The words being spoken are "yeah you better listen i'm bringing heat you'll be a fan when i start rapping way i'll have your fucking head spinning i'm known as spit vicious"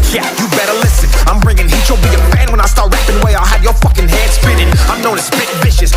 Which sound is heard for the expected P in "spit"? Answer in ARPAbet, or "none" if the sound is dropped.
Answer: B